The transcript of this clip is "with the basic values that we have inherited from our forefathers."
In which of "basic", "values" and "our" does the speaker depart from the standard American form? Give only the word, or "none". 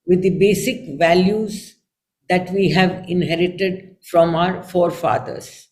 none